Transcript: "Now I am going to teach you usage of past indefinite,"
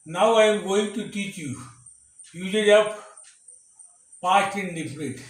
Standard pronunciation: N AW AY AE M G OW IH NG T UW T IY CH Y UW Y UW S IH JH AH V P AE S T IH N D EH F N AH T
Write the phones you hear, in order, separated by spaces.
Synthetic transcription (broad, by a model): N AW AY M G OW IH NG T UW T IY CH Y UW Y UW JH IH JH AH P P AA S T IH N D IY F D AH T